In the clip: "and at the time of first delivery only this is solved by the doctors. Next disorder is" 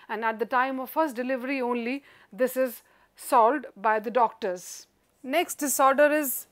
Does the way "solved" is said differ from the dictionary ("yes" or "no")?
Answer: yes